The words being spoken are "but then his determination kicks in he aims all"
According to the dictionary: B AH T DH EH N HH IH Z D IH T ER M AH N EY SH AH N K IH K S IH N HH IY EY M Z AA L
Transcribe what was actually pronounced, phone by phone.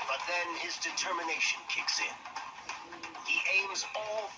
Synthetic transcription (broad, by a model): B AH T DH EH N IH Z D IH T ER M AH N EY SH AH N K IH K S IH N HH IY EY M Z AA L